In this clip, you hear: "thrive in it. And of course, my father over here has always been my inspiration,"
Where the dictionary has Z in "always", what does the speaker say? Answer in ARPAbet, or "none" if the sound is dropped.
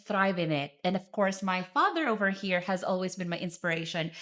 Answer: Z